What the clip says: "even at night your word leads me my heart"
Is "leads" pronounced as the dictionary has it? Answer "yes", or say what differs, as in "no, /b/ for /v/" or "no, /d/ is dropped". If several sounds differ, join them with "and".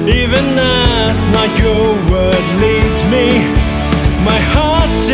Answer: yes